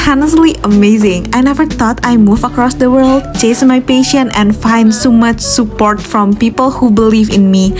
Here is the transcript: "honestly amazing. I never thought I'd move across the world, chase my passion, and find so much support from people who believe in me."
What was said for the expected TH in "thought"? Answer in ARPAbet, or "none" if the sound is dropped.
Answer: T